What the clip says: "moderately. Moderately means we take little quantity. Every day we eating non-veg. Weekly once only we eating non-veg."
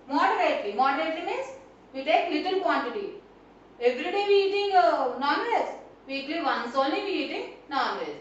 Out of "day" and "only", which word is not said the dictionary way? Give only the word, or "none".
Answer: none